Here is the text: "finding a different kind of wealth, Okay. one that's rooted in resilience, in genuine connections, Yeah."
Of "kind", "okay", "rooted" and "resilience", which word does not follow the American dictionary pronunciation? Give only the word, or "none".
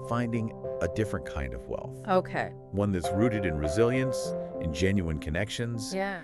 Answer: none